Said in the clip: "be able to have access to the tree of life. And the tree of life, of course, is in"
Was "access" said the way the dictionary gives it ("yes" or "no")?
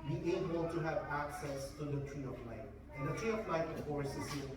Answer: yes